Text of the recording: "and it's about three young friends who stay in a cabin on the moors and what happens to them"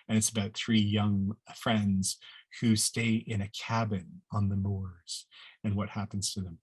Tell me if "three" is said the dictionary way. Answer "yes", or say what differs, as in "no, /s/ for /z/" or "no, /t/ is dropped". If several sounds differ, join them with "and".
yes